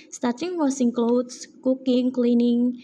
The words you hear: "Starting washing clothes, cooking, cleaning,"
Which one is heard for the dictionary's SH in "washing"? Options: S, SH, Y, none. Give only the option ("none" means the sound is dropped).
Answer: S